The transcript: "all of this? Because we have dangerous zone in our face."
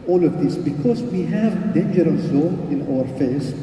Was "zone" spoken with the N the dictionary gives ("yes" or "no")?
no